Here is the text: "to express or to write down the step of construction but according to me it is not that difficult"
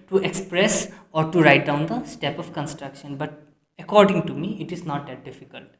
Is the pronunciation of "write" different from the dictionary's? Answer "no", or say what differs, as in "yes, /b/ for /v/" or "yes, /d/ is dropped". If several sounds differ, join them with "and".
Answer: no